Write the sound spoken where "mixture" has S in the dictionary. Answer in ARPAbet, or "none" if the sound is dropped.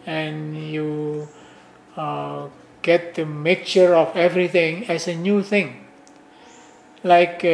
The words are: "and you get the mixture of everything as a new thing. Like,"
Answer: none